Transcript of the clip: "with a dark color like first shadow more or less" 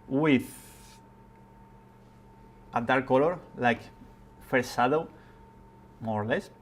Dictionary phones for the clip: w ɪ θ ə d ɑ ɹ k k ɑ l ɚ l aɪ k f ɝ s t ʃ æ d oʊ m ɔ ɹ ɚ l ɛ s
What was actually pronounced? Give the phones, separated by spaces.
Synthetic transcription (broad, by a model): w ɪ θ ə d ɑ ɹ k k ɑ l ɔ l aɪ k f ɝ t s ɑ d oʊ m ɔ ɹ l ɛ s